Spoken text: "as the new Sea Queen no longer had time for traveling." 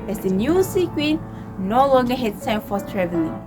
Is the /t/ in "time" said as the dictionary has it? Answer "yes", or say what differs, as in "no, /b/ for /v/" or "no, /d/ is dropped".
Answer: no, /s/ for /t/